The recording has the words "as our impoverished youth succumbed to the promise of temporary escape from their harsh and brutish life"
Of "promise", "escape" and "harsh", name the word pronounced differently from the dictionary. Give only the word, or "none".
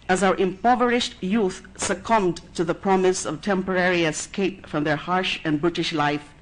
none